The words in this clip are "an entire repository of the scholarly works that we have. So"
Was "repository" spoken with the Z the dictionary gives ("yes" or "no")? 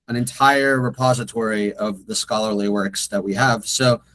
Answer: yes